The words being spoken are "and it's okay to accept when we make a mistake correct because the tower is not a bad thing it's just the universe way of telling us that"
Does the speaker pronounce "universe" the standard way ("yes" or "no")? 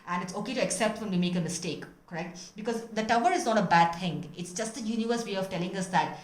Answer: yes